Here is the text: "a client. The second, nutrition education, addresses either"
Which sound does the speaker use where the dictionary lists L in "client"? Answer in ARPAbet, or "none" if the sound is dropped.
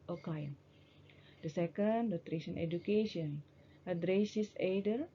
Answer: none